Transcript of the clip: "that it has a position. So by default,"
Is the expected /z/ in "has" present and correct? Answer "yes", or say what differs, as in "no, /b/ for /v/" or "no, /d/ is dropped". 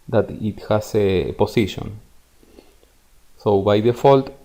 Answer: no, /s/ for /z/